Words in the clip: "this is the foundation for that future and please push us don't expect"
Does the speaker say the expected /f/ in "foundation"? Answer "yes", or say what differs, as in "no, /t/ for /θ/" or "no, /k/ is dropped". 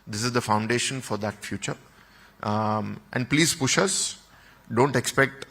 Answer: yes